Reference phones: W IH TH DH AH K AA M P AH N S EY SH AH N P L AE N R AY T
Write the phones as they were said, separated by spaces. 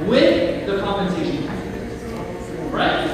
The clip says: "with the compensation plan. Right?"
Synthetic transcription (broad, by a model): W IH DH AH K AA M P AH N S EY SH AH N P AE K R AY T